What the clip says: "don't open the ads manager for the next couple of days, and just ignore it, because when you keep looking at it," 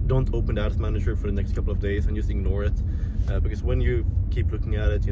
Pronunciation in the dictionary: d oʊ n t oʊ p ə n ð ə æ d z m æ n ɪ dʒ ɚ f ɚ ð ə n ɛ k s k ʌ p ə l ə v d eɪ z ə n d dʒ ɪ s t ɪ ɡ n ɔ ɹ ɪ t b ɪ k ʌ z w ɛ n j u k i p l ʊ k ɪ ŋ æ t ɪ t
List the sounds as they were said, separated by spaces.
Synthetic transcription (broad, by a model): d oʊ n t oʊ p ə n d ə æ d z m æ n ɪ dʒ ɚ f ɚ ð ə n ɛ k s k ʌ p l ə v d eɪ z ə n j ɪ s ɪ ɡ n ɔ ɹ ɪ t b ɪ k ʌ z w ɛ n j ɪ k i p l ʊ k ɪ ŋ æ t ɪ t